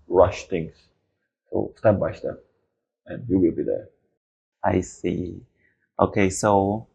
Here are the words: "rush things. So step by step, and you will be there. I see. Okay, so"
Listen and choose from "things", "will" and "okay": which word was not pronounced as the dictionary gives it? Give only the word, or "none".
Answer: things